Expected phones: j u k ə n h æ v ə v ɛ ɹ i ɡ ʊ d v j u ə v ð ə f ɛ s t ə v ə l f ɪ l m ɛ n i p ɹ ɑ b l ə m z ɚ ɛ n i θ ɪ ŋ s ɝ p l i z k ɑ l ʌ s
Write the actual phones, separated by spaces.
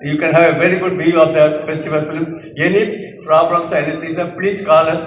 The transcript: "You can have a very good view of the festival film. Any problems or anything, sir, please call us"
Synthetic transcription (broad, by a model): j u k ə n h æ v ə v ɛ ɹ i ɡ ʊ d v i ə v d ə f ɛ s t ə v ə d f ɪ l m ɛ n i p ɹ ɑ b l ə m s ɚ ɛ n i t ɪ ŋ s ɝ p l i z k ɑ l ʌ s